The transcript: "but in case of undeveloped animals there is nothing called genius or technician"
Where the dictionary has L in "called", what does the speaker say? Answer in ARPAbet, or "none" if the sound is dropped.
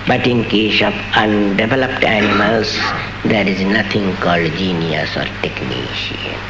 L